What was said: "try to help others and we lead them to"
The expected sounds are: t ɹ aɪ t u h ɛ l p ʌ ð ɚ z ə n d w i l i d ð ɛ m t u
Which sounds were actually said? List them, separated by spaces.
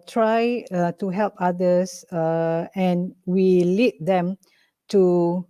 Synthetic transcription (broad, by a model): t ɹ aɪ t u h ɛ l p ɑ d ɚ s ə n w i l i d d ɛ m t u